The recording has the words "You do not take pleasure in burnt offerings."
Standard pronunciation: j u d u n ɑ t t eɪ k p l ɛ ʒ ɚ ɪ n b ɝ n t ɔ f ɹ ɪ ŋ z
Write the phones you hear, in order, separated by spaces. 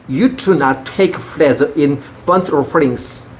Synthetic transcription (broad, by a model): j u d u n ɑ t t eɪ k f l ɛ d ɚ ɪ n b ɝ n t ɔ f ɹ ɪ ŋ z